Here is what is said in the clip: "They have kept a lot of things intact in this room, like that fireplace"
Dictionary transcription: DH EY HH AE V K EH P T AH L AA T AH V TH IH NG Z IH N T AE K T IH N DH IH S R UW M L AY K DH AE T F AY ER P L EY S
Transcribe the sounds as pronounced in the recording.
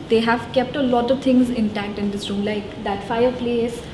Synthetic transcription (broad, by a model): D EY HH AE V K EH P T AH L AA T AH V T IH NG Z IH N T AE K T IH N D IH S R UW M L AY K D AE T F AY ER P L EY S